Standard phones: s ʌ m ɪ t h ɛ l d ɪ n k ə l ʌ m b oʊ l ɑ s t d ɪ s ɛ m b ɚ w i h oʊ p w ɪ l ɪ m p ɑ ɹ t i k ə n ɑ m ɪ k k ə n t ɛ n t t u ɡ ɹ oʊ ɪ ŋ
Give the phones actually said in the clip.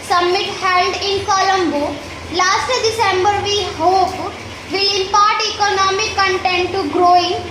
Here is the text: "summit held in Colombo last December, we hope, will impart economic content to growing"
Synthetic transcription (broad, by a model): s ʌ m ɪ t h ɛ l d ɪ n k ə l ʌ m b oʊ l ɑ s t d ɪ s ɛ m b ɚ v i h oʊ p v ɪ l ɪ m p ɑ ɹ t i k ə n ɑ m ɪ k k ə n t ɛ n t t u ɡ ɹ oʊ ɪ ŋ